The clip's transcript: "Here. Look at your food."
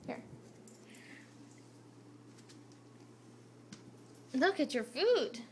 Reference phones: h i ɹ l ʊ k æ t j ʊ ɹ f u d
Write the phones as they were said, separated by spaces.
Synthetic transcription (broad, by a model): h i ɹ l ʊ k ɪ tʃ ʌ ɹ f u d